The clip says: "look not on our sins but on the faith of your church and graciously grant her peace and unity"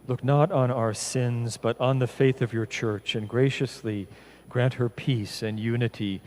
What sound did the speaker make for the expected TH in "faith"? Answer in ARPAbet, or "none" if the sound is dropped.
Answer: TH